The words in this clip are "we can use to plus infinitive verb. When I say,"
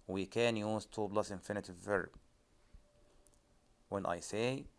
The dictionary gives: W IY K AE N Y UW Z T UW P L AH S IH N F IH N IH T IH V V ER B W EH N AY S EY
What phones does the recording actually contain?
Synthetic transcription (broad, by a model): W IY K AE N Y UW Z T UW B L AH S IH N F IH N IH T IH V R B W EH N AY S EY